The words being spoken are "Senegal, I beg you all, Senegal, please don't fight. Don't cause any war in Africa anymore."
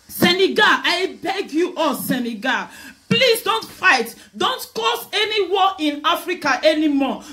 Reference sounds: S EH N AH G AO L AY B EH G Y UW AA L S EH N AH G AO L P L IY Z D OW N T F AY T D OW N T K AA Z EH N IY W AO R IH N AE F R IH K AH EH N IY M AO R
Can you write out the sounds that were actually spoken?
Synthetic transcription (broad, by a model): S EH N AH G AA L AY B EH G Y UW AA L S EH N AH G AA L P L IY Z D OW N T F AY T D OW N T K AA S EH N IY W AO IH N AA F R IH K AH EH N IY M AO